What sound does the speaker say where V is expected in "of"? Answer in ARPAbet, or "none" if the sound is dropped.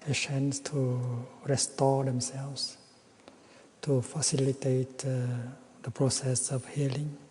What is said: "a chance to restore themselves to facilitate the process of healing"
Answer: F